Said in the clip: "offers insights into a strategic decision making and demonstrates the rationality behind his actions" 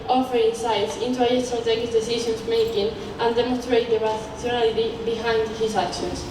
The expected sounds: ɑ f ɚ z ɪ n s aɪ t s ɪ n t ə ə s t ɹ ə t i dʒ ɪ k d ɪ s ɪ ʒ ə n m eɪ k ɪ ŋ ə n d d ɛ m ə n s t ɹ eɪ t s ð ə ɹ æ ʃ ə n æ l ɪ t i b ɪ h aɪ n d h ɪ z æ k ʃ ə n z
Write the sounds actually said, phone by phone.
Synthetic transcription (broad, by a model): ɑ f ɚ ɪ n s aɪ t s ɪ n t ə ə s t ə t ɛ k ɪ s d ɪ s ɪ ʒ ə n m eɪ k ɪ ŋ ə n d d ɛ m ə n s t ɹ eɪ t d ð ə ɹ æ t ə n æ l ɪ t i b ɪ h aɪ n d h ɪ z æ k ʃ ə n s